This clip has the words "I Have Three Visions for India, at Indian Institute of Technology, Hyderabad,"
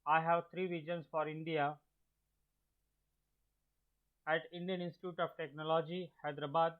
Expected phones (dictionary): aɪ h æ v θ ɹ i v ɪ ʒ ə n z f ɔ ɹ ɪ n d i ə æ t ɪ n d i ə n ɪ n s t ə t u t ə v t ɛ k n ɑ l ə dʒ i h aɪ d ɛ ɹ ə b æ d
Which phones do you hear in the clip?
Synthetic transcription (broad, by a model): aɪ h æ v t ɹ i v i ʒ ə n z f ɔ ɹ ɪ n d i ə æ t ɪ n d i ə n ɪ n s t ə t u t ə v t ɛ k n ɑ l ə dʒ i h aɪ d ɹ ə b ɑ d